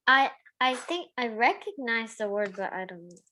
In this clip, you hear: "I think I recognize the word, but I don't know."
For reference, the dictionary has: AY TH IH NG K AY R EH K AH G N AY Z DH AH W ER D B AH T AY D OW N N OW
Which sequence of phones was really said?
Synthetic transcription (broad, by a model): AY TH IH NG K AY R EH K AH G N AY Z DH AH W ER D B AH T AY D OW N N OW